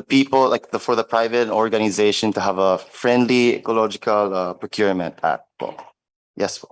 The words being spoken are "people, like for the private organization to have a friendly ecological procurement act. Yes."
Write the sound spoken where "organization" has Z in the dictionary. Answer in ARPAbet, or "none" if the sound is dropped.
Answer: Z